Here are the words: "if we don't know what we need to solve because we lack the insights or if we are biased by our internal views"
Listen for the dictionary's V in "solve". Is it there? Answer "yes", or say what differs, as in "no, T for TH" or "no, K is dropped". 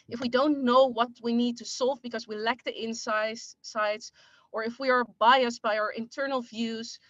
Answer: yes